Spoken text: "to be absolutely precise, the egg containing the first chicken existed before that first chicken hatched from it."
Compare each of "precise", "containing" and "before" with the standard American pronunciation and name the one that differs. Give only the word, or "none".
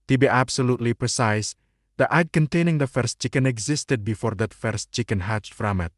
none